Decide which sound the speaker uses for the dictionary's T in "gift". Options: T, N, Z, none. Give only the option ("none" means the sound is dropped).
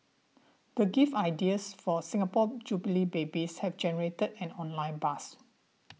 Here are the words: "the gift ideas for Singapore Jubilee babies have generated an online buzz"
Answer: none